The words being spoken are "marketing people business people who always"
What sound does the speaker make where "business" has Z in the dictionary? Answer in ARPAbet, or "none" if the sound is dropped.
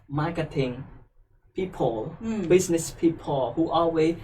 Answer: S